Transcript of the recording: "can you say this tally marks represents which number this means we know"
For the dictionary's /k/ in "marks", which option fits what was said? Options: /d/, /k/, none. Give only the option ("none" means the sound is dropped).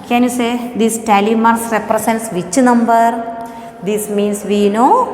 none